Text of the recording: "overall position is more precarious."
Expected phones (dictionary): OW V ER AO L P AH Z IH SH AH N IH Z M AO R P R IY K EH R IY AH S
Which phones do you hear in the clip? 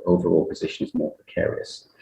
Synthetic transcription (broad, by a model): OW V ER AO L P AH Z IH SH AH N IH Z M AO P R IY K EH R IY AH S